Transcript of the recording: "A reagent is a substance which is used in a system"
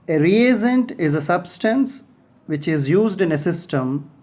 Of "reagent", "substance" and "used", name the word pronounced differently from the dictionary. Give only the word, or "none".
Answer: reagent